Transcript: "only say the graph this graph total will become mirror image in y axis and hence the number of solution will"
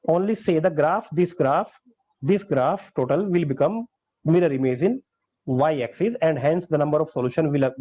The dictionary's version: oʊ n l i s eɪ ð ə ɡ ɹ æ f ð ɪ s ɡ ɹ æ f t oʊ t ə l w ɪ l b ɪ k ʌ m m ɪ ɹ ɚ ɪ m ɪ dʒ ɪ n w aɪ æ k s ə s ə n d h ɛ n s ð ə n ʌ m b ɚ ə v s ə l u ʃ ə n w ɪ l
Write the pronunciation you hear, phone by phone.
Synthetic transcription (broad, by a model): oʊ n l i s eɪ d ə ɡ ɹ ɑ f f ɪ s ɡ ɹ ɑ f t oʊ t ə l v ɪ l b ɪ k ʌ m m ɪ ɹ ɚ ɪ m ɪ z ɪ n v aɪ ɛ k s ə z ə n d h ɛ n s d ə n ʌ m b ɚ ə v s ə l u ʃ ə n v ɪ l